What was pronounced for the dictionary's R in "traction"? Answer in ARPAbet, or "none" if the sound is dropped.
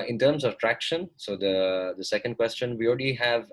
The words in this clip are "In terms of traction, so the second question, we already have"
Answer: R